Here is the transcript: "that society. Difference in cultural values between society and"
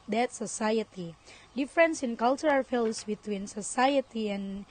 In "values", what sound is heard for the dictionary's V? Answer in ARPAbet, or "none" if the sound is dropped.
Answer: F